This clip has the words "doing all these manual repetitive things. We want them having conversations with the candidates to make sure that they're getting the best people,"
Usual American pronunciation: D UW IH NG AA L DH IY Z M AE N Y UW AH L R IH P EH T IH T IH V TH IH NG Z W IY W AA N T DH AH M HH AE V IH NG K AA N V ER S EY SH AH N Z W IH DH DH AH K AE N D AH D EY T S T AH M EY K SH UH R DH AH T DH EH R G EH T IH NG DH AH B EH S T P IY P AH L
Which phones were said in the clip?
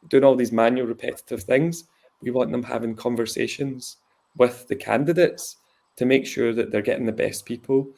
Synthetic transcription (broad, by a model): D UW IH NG AA L DH IY Z M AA N Y UW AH L R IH P EH T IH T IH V TH IH NG Z W IY W AA N T DH AH M HH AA V IH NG K AA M V ER S EY SH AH N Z W IH DH DH AH K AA N D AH D EY T S T AH M EY K SH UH R DH AH T DH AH R G EH T IH NG DH AH B EH S P IY P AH L